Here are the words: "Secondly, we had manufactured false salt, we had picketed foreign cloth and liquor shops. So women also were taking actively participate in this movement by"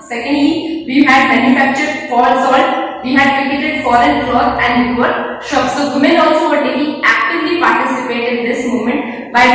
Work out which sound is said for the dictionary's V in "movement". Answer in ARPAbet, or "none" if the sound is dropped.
none